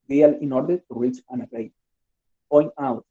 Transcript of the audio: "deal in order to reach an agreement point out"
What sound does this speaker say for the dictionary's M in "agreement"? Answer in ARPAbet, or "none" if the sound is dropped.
none